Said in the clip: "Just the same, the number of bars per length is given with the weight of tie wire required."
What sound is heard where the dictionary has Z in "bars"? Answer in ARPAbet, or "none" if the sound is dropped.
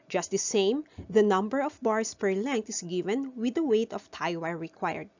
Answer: S